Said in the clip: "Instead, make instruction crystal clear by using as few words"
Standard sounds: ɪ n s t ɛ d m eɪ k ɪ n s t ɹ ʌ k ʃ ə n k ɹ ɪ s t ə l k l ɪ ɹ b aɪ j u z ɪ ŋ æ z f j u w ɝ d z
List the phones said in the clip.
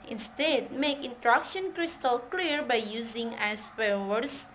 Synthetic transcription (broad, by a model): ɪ n s t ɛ d m eɪ k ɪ n t ɹ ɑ k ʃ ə n k ɹ ɪ s t ə l k l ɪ ɹ b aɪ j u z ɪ ŋ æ s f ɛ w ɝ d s